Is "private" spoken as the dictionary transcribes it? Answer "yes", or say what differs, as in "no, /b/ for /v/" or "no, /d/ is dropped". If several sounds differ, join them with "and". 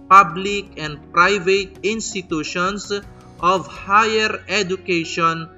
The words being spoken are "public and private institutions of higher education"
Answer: yes